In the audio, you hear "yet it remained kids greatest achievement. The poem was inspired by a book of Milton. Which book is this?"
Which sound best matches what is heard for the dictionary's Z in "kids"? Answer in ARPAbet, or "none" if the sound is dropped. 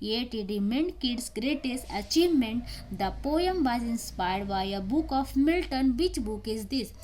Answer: S